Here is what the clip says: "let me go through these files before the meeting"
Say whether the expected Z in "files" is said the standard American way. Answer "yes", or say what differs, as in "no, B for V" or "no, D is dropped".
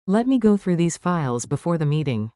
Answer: yes